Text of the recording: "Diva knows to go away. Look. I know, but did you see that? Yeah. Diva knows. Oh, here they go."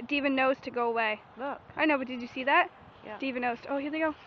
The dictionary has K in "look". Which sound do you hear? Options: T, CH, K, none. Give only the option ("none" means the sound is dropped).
none